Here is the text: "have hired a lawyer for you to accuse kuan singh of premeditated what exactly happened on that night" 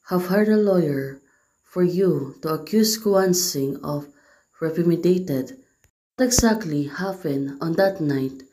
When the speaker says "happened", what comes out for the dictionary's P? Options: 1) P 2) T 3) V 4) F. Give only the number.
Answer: 4